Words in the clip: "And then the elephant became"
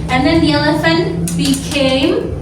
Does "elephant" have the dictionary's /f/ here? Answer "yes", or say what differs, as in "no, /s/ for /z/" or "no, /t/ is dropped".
yes